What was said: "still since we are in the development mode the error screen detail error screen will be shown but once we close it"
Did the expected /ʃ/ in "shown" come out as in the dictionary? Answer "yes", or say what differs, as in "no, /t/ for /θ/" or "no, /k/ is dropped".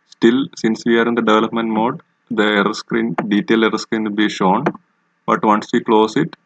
yes